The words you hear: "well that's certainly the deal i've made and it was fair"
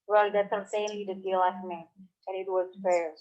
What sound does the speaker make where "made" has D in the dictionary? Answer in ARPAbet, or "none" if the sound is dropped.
none